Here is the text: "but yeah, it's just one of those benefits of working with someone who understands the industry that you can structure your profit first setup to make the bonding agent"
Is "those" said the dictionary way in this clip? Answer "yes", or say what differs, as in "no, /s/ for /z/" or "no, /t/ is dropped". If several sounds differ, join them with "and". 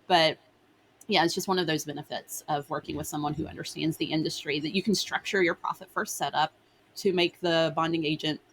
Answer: yes